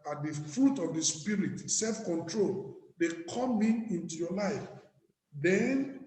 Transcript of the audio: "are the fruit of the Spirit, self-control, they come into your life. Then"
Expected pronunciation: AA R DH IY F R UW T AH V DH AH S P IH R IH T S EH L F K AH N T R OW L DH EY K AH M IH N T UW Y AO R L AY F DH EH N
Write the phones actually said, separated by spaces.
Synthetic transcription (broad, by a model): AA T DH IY F R UW T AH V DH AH S P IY R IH T S EH L F K AH N T R OW L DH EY K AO M IH N T UW Y AO L AY F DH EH N